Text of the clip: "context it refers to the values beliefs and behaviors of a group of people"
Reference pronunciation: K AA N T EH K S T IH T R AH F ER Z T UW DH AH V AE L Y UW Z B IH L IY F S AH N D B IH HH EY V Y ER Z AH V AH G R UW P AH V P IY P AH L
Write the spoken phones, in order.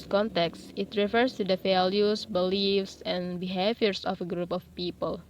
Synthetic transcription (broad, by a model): K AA N T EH K S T IH T R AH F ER S T UW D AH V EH L Y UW S B IH L IY F S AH N B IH HH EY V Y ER S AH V AH G R UW P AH F P IY P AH L